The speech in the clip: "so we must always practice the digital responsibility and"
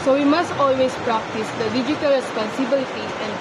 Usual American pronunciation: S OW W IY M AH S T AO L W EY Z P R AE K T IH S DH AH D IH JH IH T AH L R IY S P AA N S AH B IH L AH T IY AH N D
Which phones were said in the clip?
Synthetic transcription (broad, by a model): S OW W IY M AH S T AO L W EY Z P R AE K T IH S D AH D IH JH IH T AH L R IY S P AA N S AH B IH L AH T IY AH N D